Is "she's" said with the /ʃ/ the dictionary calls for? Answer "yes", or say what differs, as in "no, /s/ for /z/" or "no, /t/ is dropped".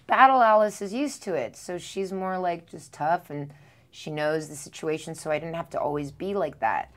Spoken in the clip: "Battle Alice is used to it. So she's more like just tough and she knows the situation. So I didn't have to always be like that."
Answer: yes